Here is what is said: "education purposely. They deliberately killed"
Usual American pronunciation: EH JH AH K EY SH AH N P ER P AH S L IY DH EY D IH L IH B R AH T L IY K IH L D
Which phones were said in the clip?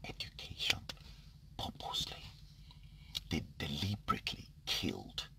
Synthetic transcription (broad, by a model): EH JH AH K EY SH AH N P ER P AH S L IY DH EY D IH L IH B R AH T L IY K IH L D